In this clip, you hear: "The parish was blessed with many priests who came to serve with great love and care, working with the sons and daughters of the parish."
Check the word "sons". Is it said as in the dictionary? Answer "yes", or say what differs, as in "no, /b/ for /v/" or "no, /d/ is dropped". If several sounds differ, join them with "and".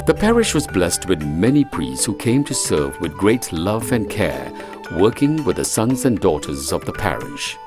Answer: yes